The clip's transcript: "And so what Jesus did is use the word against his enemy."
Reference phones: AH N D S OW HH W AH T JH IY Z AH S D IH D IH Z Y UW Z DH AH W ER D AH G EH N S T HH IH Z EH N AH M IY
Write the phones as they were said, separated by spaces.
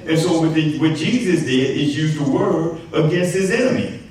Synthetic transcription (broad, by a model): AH N S OW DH W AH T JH IY Z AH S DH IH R IH Z Y UW Z DH AH W ER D AH G EH N S T HH IH Z EH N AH M IY